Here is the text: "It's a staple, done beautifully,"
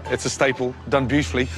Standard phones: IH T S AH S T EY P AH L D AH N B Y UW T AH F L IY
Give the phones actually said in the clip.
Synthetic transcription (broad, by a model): IH T S AH S T EY P AH L D AH N B Y UW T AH F L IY